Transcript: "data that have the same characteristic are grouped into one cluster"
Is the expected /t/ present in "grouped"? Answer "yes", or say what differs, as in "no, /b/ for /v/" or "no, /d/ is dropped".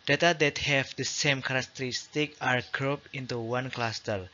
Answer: no, /t/ is dropped